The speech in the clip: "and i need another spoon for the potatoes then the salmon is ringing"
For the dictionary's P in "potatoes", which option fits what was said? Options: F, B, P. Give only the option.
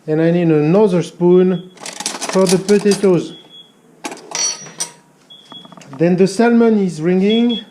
P